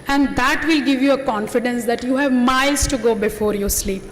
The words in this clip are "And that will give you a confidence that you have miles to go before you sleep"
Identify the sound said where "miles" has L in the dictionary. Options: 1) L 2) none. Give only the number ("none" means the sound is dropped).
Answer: 2